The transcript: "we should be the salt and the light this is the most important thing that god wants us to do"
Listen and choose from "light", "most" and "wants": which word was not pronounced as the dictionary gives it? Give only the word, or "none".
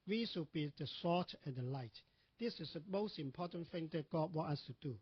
wants